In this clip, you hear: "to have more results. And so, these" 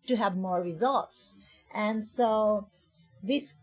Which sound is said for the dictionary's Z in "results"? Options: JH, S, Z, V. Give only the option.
Z